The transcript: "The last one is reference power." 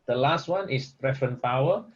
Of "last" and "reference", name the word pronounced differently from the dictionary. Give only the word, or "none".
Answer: reference